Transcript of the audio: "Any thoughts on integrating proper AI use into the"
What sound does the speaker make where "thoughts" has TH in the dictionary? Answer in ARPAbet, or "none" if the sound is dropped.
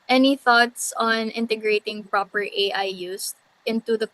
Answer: TH